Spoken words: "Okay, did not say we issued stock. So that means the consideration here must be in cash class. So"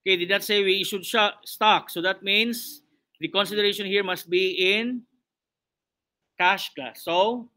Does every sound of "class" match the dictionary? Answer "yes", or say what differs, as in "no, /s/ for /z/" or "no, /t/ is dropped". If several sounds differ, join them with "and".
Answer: no, /l/ is dropped